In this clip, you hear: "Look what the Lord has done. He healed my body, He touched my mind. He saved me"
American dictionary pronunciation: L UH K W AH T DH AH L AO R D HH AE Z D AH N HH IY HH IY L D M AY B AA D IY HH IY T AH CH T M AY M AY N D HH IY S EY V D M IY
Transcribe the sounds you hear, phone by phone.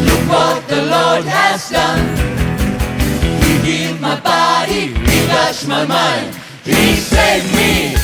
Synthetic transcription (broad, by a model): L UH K W AH T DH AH L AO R D HH AE Z D AH N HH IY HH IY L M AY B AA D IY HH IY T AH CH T M AY M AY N HH IY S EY D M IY